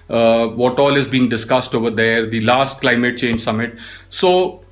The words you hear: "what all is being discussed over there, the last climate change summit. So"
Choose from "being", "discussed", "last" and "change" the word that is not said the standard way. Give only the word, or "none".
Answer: none